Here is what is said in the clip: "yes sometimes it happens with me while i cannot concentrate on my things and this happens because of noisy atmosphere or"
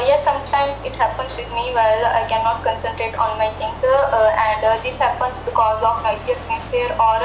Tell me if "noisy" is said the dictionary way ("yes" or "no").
no